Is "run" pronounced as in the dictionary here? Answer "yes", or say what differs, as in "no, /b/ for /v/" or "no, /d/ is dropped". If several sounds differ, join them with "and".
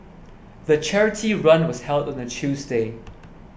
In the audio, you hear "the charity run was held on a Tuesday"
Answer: yes